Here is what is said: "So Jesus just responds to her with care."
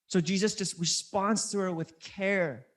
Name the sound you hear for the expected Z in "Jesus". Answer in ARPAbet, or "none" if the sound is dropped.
Z